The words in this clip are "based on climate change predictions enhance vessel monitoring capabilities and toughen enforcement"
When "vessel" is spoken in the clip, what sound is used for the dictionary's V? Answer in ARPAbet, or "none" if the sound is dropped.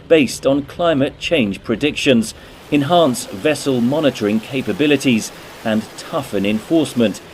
V